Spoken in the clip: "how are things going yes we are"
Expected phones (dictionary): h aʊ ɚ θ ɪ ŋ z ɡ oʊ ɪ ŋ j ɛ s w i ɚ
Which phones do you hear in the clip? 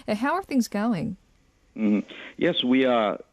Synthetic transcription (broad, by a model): h aʊ ɚ θ ɪ ŋ z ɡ oʊ ɪ ŋ j ɛ s w i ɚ